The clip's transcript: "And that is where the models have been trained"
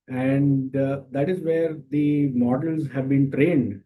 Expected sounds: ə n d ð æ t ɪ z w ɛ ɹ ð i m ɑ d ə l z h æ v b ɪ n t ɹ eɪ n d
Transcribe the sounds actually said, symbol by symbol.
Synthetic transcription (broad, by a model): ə n d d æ t ɪ z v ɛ ɹ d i m ɑ d ə l z h æ v b ɪ n t ɹ eɪ n d